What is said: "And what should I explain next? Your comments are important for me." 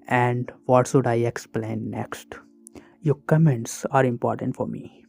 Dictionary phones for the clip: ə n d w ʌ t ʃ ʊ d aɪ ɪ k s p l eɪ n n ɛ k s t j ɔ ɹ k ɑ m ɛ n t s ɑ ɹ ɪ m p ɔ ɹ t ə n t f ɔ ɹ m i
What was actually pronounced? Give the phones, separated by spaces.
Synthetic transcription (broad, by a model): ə n d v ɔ t s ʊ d aɪ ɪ k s p l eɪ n n ɛ k s t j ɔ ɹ k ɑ m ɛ n t s ɑ ɹ ɪ m p ɔ ɹ t ə n t f ɔ ɹ m i